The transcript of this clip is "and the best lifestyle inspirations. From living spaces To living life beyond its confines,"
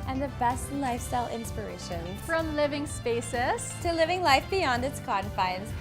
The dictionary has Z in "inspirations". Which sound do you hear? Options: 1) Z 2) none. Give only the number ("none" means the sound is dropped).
2